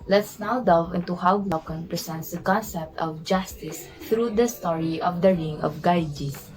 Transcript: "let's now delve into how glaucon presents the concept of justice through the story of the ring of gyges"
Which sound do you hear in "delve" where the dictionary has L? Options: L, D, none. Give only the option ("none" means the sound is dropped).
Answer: none